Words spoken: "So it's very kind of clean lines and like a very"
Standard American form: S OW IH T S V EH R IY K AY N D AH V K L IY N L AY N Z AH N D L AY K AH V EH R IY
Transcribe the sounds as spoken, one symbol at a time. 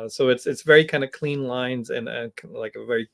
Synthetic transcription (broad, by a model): S OW IH T S V EH R IY K AY N D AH K L IY N L AY N Z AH N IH L AY K AH V EH R IY